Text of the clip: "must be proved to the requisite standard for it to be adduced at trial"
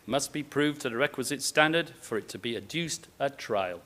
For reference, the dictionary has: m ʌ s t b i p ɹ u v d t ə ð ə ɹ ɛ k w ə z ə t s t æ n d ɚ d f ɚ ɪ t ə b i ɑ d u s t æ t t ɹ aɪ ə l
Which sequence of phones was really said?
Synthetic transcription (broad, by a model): m ʌ s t b i p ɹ u v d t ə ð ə ɹ ɛ k w ə z ə t s t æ n d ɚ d f ɚ ɪ t ə b i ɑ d u s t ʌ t t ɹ aɪ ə l